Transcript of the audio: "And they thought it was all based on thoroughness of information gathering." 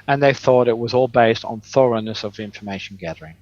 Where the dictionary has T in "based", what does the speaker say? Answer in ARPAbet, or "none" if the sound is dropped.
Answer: T